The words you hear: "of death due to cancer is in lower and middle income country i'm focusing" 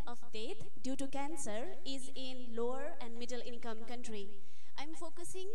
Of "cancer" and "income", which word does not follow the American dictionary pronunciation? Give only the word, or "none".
none